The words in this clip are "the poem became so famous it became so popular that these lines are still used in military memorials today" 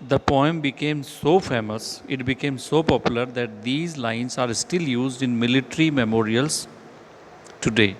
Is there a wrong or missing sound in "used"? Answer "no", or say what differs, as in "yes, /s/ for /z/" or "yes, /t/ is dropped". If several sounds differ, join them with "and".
no